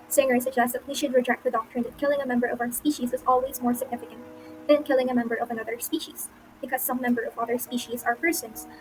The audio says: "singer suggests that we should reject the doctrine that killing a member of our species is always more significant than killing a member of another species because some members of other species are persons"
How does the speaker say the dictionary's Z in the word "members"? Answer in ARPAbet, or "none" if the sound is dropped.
none